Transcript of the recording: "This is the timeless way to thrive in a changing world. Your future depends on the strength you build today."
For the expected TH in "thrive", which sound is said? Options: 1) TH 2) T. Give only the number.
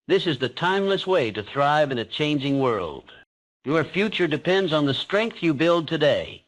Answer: 1